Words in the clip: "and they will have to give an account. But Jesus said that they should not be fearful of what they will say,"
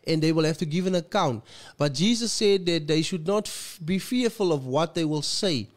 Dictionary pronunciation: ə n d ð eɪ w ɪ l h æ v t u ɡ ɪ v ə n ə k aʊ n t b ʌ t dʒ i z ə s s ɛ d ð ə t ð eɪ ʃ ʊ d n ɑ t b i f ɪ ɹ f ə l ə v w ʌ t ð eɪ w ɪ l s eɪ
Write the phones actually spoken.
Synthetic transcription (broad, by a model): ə n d ð eɪ w ɪ l h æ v t u ɡ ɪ v ə n ə k aʊ n t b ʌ t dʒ i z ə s s ɛ d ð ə t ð eɪ ʃ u d n ɑ t b i f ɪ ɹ f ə l ə v w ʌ t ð eɪ w ɪ l s eɪ